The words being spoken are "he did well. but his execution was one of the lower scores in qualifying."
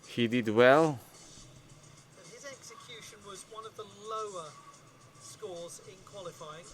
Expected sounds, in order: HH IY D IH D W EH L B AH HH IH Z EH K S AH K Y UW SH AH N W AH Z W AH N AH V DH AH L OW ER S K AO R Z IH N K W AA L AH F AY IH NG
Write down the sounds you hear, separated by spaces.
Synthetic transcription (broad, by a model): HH IY D IH D W EH L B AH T IH Z EH K S AH K Y UW SH AH N W AH Z W AH N AH V DH AH L OW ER S K AO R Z IH N K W AA L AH F AY IH NG